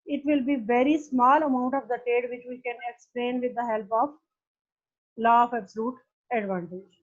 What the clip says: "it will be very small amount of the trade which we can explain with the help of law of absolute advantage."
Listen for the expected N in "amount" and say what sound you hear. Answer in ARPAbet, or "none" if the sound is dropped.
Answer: N